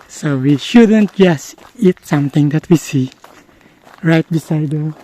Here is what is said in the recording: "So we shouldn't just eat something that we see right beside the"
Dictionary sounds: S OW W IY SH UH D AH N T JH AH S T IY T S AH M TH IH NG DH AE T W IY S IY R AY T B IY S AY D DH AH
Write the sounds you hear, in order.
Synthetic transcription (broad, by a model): S OW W IY SH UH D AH N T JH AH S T IY T S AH M T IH NG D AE T W IY S IY R AY T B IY S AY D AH